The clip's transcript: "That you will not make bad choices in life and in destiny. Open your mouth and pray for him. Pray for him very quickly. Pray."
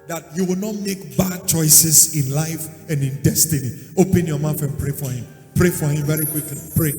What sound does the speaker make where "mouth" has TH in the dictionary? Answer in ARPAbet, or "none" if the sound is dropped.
F